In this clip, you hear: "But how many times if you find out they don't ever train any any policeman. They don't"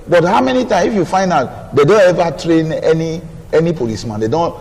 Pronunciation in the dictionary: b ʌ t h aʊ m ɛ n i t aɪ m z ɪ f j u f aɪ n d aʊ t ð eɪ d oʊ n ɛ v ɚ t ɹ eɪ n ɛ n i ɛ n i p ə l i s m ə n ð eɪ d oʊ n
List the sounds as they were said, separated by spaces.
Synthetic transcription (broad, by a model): b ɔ t h aʊ m ɛ n i t aɪ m ɪ f j u f aɪ n d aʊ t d eɪ d oʊ n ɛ v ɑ t ɹ eɪ n ɛ n i ɛ n i p ə l i s m ə n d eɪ d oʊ n